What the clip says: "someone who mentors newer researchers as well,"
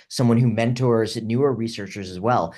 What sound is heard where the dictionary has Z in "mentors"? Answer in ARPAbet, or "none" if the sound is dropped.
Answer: Z